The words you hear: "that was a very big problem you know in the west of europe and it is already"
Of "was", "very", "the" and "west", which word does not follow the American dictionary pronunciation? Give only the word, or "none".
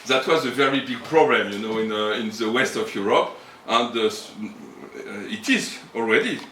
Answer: none